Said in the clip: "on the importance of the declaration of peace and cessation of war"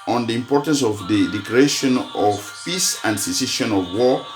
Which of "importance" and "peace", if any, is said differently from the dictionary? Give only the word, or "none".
none